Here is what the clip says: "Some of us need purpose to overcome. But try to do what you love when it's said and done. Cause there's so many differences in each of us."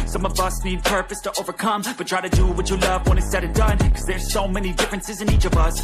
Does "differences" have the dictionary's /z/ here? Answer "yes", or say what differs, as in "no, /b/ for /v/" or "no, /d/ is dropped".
yes